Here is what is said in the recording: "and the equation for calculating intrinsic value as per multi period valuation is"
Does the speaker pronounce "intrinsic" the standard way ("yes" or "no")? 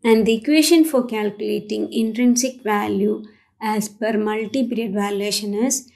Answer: yes